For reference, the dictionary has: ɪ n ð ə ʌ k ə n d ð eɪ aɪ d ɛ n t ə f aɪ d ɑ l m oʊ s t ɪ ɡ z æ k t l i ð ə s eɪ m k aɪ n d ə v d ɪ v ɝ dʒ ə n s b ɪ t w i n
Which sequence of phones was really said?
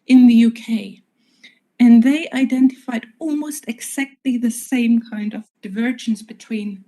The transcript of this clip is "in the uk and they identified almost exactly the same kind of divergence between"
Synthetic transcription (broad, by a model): ɪ n ð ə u k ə n ð eɪ aɪ d ɛ n t ə f aɪ d ɑ l m oʊ s t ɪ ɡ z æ k t l i ð ə s eɪ m k aɪ n d ə v d ɪ v ɝ dʒ ə n s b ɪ t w i n